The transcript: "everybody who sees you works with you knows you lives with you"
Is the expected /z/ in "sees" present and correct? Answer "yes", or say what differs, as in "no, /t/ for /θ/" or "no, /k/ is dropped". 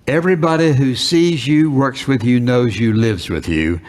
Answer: yes